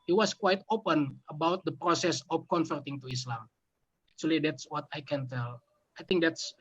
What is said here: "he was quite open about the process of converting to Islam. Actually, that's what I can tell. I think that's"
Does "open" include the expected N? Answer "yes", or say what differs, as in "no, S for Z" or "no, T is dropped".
yes